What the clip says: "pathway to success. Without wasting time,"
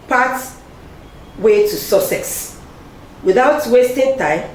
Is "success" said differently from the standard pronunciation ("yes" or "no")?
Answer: yes